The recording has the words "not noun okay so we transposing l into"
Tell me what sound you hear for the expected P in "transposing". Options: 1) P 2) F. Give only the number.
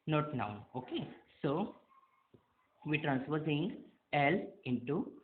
2